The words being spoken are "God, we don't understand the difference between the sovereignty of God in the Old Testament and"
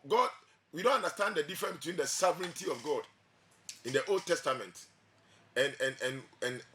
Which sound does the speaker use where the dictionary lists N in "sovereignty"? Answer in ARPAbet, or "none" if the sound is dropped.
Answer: N